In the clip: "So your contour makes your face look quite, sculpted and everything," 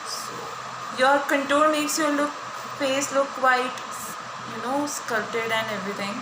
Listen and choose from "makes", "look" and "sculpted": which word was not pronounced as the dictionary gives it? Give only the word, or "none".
sculpted